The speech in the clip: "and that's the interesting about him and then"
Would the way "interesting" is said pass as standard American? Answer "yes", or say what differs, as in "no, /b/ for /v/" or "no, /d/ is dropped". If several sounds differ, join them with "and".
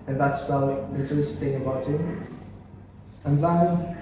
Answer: no, /n/ is dropped and /ɹ/ is dropped